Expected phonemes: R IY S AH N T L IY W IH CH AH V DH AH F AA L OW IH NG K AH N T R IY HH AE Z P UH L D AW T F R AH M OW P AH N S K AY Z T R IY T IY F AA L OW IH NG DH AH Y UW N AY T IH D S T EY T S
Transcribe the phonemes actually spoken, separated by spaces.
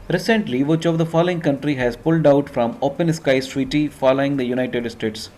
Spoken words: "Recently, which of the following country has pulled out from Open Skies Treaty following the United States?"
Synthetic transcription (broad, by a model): R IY S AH N T L IY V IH CH AH V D AH F AA L OW IH NG K AH N T R IY HH AE Z P UH L D AW T F R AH M OW P AH N S K AY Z T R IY T IY F AA L OW IH NG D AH Y UW N AY T IH D S T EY T S